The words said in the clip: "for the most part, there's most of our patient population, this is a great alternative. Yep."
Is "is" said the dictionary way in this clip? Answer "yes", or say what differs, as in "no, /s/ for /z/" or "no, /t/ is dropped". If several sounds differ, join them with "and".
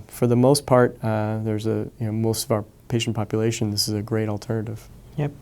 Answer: yes